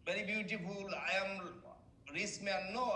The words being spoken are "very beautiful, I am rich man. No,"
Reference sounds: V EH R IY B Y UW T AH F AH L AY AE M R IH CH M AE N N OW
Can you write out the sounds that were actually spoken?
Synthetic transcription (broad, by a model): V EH R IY B Y UW T AH F AH L AY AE M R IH S M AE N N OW